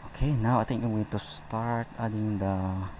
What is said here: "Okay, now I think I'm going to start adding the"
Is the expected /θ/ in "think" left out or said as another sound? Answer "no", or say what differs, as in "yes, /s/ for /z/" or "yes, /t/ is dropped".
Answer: yes, /t/ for /θ/